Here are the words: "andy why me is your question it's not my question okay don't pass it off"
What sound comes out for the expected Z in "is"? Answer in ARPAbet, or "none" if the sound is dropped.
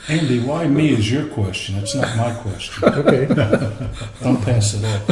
Z